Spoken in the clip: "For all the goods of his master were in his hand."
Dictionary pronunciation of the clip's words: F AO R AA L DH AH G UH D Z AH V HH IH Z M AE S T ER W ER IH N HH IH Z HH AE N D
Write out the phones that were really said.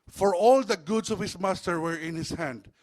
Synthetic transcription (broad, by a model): F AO R AA L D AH G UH D S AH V HH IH S M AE S T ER W ER IH N HH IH S HH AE N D